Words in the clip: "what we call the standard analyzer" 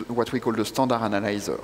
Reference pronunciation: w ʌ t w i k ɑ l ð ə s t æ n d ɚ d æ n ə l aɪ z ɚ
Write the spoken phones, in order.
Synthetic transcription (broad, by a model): w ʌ t w i k ɑ l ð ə s t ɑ d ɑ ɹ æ n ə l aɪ z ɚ